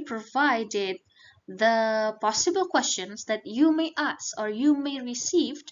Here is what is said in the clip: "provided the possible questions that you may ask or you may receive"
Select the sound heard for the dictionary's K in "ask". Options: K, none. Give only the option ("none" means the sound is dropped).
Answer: none